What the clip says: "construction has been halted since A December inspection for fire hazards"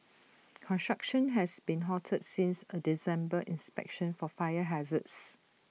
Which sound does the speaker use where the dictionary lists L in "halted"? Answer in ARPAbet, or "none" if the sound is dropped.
none